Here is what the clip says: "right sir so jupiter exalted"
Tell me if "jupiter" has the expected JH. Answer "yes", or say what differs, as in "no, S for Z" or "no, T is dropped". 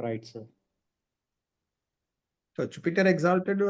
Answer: no, CH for JH